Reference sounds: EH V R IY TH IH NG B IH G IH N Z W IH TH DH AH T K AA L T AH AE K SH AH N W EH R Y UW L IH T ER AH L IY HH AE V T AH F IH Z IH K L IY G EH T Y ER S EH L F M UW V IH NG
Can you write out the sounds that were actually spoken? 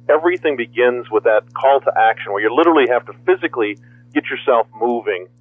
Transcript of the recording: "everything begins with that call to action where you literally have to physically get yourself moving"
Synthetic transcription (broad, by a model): EH V R IY TH IH NG B IH G IH N Z W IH DH AH T K AA L T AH AE K SH AH N W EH R Y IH L IH T ER L IY HH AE F T AH F IH Z IH K L IY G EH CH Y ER S EH L F M UW V IH NG